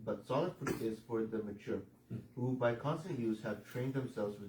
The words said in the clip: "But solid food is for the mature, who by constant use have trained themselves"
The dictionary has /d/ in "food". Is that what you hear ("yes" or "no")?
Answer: no